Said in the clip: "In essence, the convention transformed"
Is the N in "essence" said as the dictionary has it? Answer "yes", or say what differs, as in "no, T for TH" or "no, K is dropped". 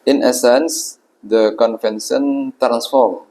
yes